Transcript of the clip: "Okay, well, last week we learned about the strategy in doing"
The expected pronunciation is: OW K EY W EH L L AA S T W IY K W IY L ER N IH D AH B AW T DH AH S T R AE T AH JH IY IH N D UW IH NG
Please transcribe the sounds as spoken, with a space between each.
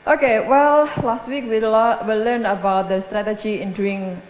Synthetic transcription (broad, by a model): OW K EY W EH L L AA S T W IY K W IY L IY L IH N AH B AW T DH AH S T R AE T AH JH IY IH N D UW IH NG